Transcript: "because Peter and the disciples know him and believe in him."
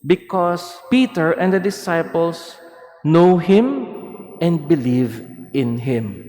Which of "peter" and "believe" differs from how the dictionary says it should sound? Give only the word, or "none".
none